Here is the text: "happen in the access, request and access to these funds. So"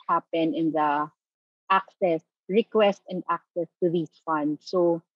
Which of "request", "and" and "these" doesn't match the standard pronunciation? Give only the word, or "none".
these